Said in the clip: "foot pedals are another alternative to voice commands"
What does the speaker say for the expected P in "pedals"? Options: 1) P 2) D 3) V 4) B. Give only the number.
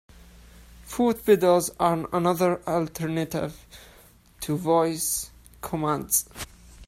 4